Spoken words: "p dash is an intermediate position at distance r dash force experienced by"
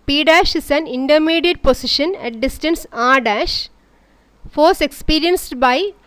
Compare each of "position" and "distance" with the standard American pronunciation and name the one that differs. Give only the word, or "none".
position